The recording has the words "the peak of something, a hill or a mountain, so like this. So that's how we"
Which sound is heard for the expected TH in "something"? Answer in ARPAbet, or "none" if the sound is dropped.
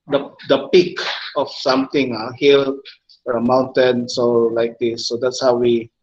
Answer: T